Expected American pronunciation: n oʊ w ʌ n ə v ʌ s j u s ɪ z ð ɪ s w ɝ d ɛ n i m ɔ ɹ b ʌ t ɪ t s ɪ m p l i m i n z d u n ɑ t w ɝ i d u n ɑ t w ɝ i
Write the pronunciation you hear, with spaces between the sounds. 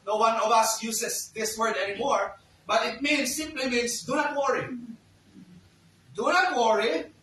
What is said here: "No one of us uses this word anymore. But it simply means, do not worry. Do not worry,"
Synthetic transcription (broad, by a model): n oʊ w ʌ n ə v ʌ s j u s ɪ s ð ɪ s w ɝ d ɛ n i m ɔ ɹ b ʌ t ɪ t s ɪ m p l i m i n s d u n ɑ t w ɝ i d u n ɑ t w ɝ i